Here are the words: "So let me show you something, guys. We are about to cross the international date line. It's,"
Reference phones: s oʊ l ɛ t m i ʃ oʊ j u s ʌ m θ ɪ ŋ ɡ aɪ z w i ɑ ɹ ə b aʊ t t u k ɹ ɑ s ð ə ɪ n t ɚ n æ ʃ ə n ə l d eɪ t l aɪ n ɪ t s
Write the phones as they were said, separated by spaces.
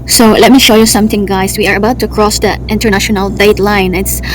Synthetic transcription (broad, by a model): s oʊ l ɛ t m i ʃ oʊ j u s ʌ m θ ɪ ŋ ɡ aɪ s w i ɑ ɹ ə b aʊ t t u k ɹ ɑ s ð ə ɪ n t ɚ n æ ʃ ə n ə l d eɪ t l aɪ n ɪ t s